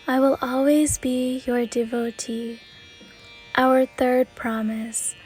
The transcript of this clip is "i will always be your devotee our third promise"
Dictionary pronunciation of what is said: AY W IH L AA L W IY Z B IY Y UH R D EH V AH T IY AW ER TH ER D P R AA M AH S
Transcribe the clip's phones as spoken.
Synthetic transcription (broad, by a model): AY W IH L AA L W IY Z B IY Y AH R D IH V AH T IY AW ER TH ER D P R AA M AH S